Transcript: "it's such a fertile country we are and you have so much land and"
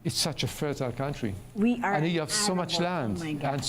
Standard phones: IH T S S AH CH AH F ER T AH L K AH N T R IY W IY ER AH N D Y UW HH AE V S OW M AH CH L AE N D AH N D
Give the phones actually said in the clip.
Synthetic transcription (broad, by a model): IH T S S AH CH AH F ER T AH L K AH N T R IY W IY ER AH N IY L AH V S OW M AH CH L AE N D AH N